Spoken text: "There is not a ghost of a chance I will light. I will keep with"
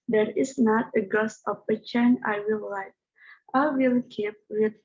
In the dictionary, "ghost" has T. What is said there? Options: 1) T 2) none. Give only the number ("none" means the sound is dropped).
2